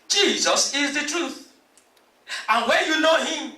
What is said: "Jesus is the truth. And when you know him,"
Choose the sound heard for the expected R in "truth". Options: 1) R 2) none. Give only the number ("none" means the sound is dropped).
1